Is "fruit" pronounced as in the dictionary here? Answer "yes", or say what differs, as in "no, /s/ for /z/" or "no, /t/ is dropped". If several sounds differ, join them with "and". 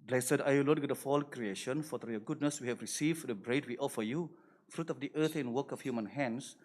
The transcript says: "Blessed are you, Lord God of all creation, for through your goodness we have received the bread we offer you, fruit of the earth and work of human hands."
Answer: yes